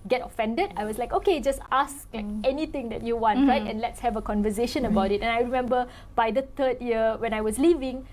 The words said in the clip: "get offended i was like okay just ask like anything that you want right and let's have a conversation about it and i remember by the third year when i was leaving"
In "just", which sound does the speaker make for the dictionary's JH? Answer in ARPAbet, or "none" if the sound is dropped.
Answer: JH